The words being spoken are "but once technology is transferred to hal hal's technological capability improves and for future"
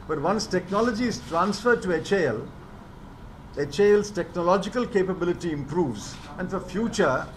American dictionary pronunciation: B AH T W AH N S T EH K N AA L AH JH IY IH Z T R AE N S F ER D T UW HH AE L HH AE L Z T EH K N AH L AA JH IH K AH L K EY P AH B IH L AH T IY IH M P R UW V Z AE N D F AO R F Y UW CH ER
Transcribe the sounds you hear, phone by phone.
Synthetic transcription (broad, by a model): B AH T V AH N S T EH K N AA L AH JH IY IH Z T R AE N S F ER D T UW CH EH L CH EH L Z T EH K N AH L AA JH IH K AH L K EY P AH B IH L AH T IY IH M P R UW V Z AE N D F AO R F Y UW CH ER